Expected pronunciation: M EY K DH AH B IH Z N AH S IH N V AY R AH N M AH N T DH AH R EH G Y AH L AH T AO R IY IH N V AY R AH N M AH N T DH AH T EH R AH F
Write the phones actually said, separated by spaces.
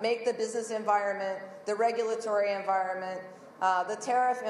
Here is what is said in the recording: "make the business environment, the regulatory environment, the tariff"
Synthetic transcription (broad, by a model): M EY K DH AH B IH Z N AH S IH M V AY R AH N M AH N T DH AH R EH G Y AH L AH T AO R IY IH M V AY R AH N M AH N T DH AH T EH R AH F